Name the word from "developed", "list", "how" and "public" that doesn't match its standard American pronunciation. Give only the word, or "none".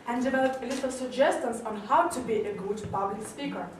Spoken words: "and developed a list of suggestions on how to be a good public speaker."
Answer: list